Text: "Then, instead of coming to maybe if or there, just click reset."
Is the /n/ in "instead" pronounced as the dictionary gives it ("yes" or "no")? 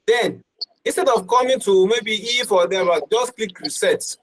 yes